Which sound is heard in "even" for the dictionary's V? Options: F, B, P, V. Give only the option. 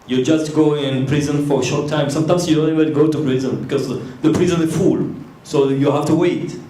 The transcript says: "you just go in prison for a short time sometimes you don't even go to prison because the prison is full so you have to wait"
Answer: B